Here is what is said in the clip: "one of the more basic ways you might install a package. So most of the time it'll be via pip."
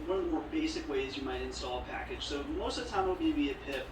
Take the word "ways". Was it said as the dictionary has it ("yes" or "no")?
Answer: yes